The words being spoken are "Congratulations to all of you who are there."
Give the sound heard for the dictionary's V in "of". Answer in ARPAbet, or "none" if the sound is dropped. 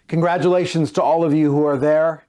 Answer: V